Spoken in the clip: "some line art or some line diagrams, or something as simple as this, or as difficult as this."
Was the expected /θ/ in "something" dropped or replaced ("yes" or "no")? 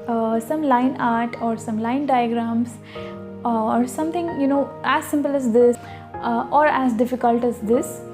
yes